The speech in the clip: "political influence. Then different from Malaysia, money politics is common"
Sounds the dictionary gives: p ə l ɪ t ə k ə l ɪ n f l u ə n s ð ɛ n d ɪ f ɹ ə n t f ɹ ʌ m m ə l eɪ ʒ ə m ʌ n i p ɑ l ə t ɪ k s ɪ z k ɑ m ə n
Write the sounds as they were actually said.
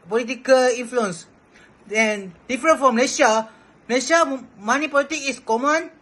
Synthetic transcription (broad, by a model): p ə l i t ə k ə l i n f l u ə n s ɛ n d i f ɹ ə n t f ɹ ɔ m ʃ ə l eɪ ʃ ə m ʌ n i p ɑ l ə t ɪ k ɪ s k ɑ m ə n